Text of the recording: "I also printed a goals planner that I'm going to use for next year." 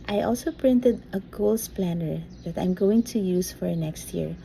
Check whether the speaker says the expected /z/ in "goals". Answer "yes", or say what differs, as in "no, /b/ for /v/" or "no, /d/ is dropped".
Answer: no, /s/ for /z/